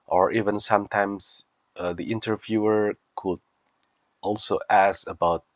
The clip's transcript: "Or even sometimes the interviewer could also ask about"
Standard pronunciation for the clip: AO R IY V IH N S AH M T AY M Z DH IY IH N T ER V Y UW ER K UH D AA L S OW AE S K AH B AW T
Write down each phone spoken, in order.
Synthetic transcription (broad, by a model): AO R IY V IH N S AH M T AY M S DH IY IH N T ER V Y UW ER K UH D AA L S OW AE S AH B AW T